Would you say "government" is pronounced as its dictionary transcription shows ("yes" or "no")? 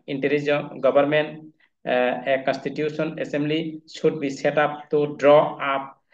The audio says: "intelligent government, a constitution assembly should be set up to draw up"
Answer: no